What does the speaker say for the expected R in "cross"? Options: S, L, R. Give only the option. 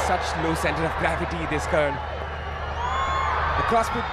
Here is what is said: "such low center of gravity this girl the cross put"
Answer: R